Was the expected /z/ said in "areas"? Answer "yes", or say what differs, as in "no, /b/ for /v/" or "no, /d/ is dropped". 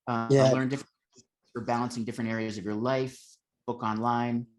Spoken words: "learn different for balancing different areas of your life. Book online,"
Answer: yes